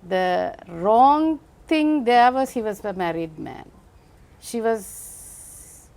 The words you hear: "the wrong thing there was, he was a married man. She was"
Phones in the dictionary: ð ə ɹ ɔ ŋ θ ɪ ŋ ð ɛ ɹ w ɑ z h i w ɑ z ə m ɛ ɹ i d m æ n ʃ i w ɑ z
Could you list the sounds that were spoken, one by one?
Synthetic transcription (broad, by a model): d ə ɹ ɔ ŋ t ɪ ŋ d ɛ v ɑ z h i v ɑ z ə m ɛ ɹ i d m æ n ʃ i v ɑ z